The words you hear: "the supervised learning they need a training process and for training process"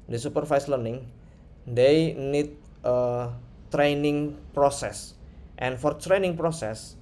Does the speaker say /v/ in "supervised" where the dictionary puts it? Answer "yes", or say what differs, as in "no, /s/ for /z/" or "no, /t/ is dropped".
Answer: no, /f/ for /v/